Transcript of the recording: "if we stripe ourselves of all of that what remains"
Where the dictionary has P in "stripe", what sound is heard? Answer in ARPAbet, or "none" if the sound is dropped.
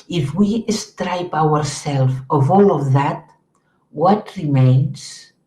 P